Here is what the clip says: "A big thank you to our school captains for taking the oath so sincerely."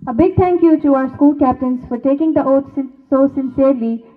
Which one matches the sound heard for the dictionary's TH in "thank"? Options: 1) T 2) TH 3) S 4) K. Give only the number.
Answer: 1